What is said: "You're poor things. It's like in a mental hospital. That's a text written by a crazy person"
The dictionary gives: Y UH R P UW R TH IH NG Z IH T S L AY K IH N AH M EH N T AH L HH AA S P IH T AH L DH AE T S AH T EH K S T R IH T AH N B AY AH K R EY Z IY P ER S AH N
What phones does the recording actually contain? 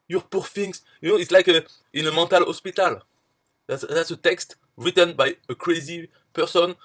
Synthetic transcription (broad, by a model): Y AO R P UW R F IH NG S IH T S L AY K IH N AH M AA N T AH L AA S P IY T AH L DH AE T S AH T EH K S T R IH T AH N B AY AH K R EY Z IY P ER S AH N